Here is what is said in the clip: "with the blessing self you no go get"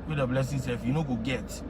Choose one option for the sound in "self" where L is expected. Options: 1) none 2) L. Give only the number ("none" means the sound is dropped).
1